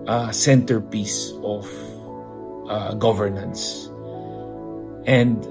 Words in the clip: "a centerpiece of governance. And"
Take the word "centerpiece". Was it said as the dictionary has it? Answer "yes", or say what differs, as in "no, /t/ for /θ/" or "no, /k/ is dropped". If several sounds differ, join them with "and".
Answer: yes